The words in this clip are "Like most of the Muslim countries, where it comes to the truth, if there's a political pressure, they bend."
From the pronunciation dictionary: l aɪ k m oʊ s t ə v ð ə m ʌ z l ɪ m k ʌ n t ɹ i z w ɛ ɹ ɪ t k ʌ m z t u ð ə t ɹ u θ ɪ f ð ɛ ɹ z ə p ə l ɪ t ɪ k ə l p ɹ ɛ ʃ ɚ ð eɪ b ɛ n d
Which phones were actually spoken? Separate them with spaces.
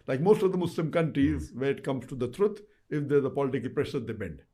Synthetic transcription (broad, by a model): l aɪ k m oʊ s t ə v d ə m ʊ s l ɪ m k ʌ n t ɹ i z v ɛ ɹ ɪ t k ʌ m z t u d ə t ɹ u t ɪ f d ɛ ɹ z ə p ə l ɪ t ɪ k ə l p ɹ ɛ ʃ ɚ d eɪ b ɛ n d